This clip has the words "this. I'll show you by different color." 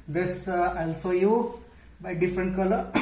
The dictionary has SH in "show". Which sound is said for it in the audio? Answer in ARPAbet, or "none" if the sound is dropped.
S